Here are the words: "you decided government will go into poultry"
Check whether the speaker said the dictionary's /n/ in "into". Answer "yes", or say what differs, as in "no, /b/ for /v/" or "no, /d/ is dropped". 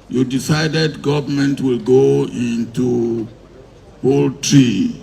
yes